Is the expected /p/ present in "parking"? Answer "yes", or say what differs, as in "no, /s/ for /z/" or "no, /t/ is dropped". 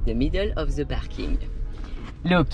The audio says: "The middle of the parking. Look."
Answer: no, /b/ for /p/